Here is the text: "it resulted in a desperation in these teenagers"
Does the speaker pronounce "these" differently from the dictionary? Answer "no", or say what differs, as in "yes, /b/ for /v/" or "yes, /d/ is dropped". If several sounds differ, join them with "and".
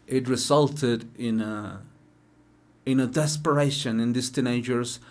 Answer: yes, /s/ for /z/